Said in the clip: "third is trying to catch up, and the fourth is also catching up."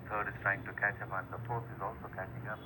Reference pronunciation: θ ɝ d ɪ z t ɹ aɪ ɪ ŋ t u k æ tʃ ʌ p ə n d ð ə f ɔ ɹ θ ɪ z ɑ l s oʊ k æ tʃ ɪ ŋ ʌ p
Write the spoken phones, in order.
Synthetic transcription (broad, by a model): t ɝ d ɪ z t ɹ aɪ ɪ ŋ t u k æ tʃ ʌ p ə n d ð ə p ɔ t ɪ z ɑ l s oʊ k æ tʃ ɪ ŋ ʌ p